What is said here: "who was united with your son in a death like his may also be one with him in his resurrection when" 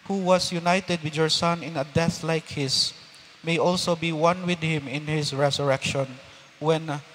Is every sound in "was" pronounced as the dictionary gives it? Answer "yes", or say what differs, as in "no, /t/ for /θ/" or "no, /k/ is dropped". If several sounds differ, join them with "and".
no, /s/ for /z/